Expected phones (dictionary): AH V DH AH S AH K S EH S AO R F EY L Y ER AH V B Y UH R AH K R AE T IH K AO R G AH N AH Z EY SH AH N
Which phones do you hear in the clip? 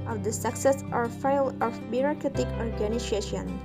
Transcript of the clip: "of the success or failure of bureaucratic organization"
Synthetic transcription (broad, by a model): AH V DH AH S AH K S EH S AO R F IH L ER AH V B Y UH R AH K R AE T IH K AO R G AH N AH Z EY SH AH N